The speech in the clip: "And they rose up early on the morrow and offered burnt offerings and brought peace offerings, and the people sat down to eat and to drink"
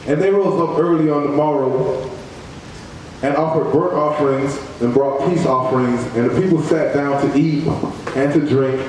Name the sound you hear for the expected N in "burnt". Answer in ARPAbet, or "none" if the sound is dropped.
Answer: none